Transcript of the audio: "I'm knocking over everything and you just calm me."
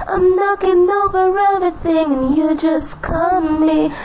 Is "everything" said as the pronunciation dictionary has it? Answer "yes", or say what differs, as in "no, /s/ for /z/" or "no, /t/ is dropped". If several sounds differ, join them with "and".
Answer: yes